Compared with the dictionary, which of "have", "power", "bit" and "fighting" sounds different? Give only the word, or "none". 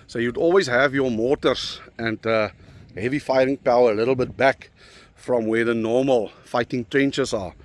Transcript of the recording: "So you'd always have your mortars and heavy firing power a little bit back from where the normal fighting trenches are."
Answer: none